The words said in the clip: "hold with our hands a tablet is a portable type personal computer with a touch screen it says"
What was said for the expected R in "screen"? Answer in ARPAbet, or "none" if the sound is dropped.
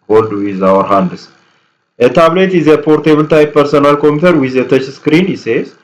R